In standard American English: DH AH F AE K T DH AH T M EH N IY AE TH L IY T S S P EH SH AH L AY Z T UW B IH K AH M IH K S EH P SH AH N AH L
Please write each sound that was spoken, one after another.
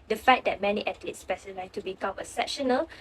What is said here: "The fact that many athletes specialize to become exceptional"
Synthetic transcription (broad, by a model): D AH F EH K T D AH T M EH N IY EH T L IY T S S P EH S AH L AY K T UW B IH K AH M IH S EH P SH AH N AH L